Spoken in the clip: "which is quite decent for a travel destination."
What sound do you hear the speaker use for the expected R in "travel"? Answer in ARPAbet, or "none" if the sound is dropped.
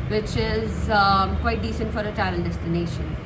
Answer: none